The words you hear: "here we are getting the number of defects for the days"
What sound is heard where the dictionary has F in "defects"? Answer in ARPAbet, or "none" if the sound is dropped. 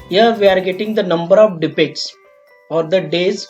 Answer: P